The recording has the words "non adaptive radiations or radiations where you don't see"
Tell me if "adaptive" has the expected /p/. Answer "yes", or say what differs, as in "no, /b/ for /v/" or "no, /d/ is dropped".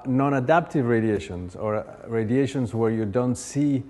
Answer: yes